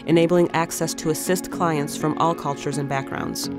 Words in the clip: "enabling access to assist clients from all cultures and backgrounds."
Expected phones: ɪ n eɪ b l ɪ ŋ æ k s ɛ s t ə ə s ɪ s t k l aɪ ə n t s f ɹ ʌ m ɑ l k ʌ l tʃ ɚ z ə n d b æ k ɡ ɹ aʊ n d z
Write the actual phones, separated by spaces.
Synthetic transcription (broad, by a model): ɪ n eɪ b l ɪ ŋ æ k s ɛ s t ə ə s ɪ s t k l aɪ ə n t s f ɹ ʌ m ɑ l k ʌ l tʃ ɚ z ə n b æ k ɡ ɹ aʊ n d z